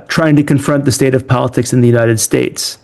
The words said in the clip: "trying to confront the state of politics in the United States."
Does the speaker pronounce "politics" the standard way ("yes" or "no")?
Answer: yes